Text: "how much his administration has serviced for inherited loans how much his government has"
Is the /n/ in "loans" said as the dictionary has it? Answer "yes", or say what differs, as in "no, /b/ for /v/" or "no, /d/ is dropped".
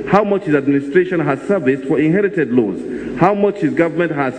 no, /n/ is dropped